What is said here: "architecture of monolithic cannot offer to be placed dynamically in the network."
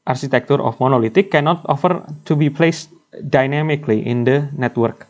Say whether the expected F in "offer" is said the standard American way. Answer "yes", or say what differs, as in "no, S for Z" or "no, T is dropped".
yes